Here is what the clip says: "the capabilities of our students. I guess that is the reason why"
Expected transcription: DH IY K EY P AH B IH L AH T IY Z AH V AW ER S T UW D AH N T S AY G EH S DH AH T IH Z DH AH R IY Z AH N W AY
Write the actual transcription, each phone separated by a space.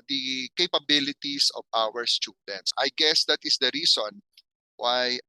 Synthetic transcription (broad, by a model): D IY K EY P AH B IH L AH T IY S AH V AW ER S T UW D AH N T S AY G EH S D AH T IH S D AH R IY S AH N W AY